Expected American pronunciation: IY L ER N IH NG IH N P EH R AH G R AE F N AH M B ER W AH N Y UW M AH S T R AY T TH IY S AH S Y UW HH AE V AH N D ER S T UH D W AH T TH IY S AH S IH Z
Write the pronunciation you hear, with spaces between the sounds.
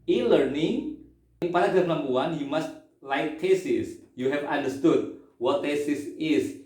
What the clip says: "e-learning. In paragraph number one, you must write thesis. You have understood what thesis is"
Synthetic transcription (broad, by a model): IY L ER N IH NG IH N P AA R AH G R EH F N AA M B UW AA N Y UW M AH S T L AY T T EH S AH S Y UW HH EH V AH N D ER S T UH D W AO T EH S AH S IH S